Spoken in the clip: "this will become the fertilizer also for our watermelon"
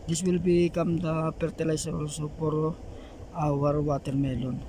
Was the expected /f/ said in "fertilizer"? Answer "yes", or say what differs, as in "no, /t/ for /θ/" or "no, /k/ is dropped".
no, /p/ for /f/